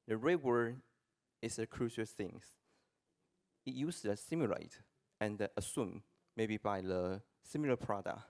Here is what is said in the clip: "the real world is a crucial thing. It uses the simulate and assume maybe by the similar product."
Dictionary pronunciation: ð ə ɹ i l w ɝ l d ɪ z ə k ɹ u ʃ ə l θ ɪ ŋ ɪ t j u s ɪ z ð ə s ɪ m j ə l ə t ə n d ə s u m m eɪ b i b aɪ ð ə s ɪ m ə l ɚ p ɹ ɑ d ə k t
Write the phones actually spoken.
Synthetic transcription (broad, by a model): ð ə ɹ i w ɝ d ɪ s ə k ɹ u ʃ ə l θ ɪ ŋ ɪ t j u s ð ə s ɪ m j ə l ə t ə n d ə s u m m eɪ b i b aɪ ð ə s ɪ m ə l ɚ p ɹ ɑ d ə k